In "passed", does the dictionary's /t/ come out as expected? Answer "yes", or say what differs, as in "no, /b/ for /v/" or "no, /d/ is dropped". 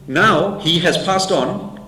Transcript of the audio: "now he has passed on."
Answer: yes